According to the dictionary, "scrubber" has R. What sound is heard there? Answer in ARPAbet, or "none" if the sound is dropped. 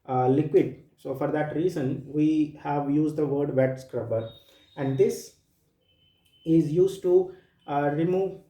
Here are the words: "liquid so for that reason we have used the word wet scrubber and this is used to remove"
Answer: R